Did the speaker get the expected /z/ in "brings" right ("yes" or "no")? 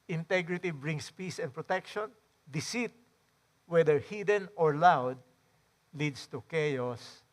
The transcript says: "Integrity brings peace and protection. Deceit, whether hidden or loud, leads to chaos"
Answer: no